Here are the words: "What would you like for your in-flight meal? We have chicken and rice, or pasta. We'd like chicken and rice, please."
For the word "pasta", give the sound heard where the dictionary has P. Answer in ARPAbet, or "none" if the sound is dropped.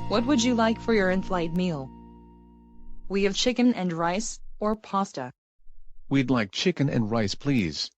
P